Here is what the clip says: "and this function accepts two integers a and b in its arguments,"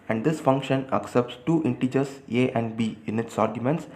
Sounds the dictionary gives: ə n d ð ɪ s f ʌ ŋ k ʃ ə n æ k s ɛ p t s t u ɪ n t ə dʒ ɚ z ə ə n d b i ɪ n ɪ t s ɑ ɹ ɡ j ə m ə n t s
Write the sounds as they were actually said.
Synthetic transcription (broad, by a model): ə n d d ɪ s f ʌ ŋ k ʃ ə n æ k s ɛ p t s t u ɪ n t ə dʒ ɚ s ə ə n d b i ɪ n ɪ t s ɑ ɹ ɡ j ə m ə n t s